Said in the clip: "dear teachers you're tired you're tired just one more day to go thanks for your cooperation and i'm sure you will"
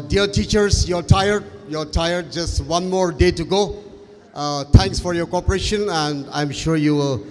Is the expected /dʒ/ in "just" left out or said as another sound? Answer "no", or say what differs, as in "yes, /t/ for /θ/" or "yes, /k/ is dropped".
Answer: no